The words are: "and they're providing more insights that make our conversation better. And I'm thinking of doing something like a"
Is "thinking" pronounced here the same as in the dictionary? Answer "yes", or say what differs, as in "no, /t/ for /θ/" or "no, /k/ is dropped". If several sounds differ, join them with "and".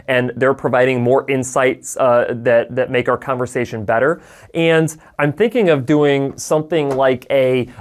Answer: yes